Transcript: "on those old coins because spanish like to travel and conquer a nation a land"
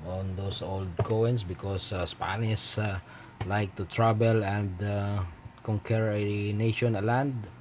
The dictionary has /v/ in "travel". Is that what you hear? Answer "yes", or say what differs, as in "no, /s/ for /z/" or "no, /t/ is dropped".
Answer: no, /b/ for /v/